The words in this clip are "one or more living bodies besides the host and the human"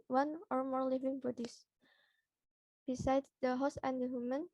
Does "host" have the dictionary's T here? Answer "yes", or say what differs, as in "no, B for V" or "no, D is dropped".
no, T is dropped